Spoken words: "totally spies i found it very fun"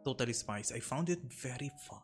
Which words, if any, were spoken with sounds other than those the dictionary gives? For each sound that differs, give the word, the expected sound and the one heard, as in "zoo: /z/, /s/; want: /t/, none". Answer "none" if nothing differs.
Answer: spies: /z/, /s/